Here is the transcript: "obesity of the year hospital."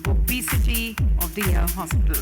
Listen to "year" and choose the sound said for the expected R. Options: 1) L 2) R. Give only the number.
1